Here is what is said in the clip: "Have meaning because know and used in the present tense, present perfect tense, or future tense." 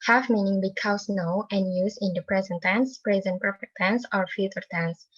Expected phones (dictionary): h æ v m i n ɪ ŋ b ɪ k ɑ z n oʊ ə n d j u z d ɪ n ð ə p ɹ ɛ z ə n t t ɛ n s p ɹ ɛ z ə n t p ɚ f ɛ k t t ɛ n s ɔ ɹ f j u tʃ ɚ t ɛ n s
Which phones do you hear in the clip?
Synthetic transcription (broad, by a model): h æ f m i n ɪ ŋ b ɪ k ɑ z n oʊ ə n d j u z ɪ n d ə p ɹ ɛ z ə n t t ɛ n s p ɹ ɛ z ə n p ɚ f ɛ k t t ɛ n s ɔ ɹ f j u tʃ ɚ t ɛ n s